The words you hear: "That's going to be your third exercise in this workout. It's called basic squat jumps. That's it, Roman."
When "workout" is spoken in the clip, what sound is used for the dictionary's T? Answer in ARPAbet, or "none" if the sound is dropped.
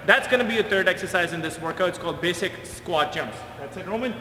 none